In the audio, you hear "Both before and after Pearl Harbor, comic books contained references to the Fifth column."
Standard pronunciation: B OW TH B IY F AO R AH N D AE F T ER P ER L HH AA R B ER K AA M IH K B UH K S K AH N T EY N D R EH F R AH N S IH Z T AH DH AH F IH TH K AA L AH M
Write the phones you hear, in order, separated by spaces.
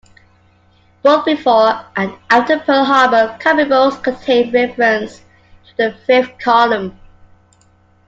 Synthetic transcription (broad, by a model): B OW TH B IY F AO R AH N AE T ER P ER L HH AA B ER K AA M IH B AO S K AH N T EY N R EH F R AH N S T AH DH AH F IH F K AA L AH M